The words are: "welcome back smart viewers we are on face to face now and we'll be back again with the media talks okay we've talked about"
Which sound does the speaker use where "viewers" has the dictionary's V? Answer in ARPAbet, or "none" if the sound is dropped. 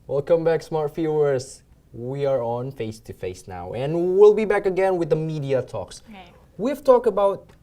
F